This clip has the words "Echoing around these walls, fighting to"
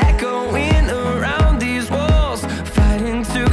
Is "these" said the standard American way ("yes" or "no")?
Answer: yes